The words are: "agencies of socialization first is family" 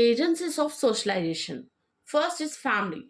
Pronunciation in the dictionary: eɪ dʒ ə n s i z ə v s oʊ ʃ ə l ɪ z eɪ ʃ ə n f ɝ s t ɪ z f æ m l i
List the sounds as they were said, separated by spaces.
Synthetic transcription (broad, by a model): eɪ dʒ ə n s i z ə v s oʊ ʃ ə l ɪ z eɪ ʃ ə n f ɝ s t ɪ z f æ m l i